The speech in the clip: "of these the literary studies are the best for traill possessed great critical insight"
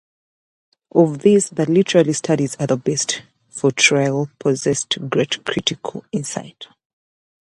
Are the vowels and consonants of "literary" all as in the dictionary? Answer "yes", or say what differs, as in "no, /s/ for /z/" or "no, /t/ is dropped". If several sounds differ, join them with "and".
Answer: no, /l/ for /ɹ/